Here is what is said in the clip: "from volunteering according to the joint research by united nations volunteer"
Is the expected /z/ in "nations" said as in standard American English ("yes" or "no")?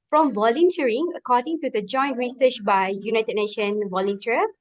no